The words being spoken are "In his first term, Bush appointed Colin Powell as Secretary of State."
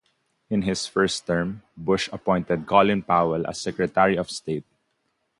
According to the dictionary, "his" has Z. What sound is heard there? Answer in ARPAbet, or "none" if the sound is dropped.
S